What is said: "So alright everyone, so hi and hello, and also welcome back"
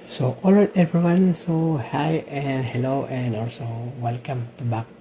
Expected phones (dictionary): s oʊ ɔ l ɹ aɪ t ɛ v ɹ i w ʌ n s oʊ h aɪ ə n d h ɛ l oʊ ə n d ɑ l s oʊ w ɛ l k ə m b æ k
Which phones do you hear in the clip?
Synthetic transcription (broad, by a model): s oʊ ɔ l aɪ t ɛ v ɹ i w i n s oʊ h aɪ ə n d h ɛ l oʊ ə n d ɑ l s oʊ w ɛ l k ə m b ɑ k